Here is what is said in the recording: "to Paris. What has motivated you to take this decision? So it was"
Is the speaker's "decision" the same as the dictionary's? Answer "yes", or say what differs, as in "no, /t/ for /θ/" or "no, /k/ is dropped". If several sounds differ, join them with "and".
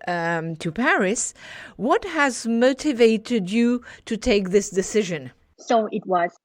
yes